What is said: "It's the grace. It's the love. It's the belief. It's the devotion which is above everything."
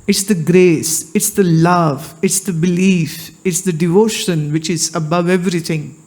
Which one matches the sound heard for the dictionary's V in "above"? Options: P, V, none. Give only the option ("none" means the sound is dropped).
V